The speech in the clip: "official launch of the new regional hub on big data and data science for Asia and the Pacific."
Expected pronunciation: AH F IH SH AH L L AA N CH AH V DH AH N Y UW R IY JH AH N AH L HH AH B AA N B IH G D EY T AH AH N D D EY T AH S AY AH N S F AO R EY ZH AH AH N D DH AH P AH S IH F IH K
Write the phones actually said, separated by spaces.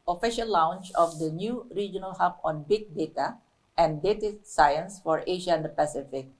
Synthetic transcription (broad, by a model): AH F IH SH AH L W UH N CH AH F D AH N Y UW R IY JH AH N AH L HH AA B AA N B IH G D EY T AH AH N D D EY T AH S AY AH N S F AO R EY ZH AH AH N D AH P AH S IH F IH K